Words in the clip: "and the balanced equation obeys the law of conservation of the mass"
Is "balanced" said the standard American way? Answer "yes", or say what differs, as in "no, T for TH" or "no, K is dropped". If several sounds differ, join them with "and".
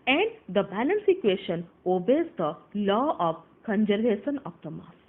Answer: no, T is dropped